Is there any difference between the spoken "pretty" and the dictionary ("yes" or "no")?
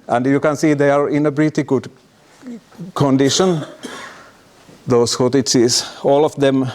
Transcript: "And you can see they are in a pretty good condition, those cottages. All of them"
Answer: yes